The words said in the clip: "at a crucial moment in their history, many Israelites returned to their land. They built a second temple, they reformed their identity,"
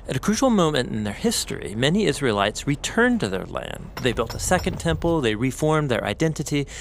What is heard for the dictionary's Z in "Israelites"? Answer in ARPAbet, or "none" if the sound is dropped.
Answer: Z